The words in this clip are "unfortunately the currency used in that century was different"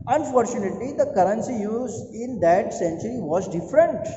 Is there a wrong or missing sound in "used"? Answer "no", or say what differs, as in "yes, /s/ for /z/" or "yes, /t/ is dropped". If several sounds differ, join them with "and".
yes, /d/ is dropped